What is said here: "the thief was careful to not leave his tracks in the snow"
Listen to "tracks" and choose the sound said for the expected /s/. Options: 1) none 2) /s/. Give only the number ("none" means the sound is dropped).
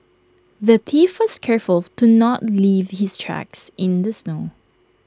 2